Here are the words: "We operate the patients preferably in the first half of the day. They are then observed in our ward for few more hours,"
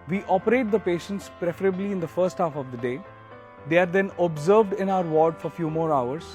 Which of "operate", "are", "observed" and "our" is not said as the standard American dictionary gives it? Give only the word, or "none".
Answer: none